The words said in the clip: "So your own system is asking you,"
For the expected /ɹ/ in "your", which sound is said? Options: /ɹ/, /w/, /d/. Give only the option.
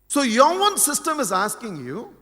/w/